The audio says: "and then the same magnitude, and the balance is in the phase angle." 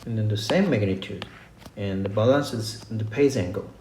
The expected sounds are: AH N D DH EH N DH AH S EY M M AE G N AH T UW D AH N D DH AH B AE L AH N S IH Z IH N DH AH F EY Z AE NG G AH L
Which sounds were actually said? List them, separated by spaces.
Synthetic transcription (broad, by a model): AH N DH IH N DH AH S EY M M AE G N AH T UW D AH N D DH AH B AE L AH N S IH Z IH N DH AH P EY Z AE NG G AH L